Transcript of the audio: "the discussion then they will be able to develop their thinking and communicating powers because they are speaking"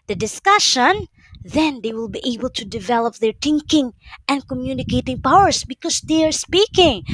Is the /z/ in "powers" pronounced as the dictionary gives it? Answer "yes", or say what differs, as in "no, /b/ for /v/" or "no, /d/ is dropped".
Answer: no, /s/ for /z/